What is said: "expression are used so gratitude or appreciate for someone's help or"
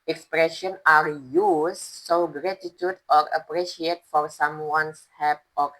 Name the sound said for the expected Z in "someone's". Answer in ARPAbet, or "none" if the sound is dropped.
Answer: S